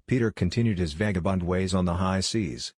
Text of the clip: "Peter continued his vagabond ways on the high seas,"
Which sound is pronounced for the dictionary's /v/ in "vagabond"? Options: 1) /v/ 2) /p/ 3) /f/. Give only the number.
1